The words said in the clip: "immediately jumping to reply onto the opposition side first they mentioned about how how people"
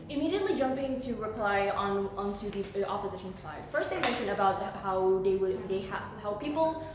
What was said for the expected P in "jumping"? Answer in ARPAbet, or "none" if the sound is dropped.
P